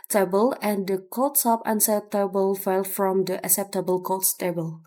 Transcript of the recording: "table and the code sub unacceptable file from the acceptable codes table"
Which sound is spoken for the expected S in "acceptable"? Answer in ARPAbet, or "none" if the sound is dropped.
S